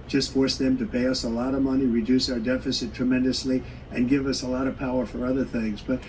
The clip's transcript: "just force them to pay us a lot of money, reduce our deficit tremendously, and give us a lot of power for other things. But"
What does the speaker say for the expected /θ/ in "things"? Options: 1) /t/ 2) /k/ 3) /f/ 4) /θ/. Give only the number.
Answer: 4